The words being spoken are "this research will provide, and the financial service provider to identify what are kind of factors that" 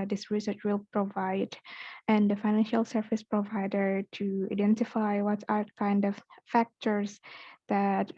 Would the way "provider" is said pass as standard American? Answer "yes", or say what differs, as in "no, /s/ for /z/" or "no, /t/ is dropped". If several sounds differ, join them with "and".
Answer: yes